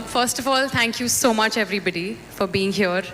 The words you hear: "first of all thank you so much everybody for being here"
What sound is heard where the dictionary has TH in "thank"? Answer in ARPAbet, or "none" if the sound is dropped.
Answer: T